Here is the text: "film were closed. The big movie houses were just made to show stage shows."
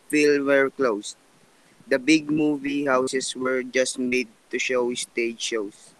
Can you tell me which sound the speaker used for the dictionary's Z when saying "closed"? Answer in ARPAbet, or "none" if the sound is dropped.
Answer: S